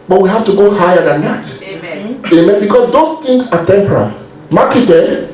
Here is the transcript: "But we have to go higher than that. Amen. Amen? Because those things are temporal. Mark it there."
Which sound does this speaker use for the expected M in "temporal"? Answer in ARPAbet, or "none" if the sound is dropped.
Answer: M